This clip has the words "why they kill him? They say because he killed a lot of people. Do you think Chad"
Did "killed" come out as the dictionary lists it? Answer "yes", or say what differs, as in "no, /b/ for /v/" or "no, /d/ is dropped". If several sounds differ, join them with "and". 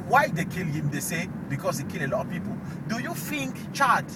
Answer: no, /d/ is dropped